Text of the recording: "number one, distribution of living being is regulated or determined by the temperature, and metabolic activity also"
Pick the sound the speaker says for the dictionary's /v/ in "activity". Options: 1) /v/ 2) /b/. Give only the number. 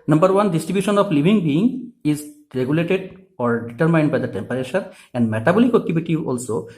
2